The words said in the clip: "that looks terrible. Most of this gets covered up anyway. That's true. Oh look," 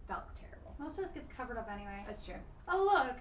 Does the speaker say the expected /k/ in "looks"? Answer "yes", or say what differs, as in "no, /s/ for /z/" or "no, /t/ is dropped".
no, /k/ is dropped